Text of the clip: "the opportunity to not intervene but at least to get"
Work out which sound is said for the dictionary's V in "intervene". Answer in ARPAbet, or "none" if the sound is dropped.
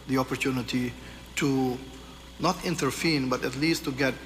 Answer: F